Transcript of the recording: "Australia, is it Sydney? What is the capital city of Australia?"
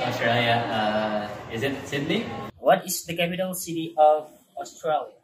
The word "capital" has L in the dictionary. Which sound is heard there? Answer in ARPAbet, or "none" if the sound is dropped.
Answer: L